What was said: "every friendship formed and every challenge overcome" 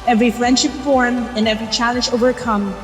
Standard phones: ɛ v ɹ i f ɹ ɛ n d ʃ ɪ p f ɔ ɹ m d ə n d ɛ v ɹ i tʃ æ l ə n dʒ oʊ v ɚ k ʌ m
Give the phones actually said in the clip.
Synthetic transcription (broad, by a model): ɛ v ɹ i f ɹ ɛ n d ʃ ɪ p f ɔ ɹ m ə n ɛ v ɹ i tʃ æ l ə n dʒ oʊ v ɚ k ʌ m